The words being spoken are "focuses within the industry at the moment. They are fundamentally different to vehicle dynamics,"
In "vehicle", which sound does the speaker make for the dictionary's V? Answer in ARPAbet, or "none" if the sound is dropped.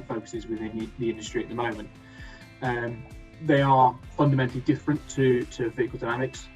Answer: F